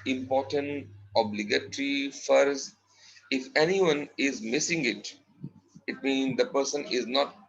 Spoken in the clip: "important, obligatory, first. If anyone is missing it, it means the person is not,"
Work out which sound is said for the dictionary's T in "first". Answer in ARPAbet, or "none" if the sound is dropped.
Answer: none